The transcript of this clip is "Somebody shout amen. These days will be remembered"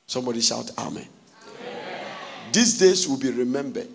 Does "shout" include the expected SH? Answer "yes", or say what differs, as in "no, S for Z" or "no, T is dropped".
yes